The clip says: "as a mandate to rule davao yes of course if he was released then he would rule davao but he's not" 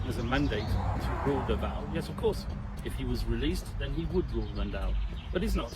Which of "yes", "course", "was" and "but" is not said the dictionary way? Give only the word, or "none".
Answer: none